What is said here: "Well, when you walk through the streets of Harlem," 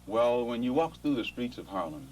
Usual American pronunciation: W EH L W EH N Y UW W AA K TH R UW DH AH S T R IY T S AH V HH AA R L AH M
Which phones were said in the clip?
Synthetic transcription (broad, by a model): W EH L W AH N Y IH W AA K TH R UW DH AH S T R IY T S AH V HH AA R L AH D